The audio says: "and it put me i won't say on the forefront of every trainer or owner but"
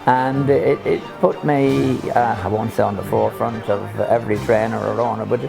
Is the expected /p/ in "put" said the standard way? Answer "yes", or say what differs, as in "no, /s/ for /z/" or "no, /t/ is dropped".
yes